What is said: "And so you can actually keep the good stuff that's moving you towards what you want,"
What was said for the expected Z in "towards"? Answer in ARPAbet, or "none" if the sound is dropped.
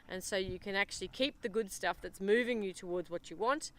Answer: Z